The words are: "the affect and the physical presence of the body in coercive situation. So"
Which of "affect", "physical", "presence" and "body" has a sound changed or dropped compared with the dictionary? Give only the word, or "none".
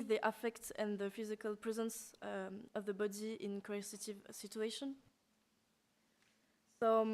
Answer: none